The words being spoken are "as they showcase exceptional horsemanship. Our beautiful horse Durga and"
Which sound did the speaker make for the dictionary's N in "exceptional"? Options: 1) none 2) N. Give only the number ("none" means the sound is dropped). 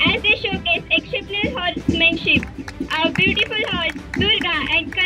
1